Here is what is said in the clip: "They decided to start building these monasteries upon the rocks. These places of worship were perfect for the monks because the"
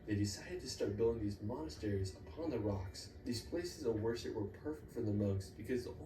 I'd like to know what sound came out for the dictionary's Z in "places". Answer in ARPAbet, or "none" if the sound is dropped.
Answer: Z